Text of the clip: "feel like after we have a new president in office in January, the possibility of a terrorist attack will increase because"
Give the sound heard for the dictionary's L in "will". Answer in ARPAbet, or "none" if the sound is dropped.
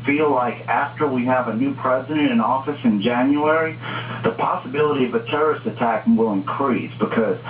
L